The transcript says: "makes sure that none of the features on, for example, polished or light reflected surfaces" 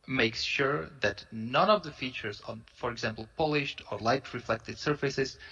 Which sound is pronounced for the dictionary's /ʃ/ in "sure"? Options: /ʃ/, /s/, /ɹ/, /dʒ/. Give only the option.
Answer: /ʃ/